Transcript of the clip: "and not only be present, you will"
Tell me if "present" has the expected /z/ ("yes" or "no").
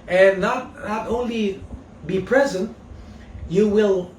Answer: yes